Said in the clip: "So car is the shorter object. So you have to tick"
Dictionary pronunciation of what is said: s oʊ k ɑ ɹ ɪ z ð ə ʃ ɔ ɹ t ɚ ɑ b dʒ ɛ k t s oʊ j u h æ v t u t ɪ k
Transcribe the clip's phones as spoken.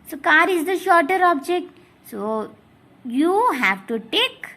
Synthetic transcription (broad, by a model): s oʊ k ɑ ɹ ɪ z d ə ʃ ɔ ɹ t ɚ ɑ b dʒ ɛ k t s oʊ j u h æ v t u t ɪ k